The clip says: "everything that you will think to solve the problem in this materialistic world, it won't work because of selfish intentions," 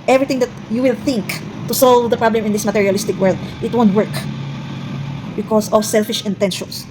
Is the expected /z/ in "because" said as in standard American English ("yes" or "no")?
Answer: no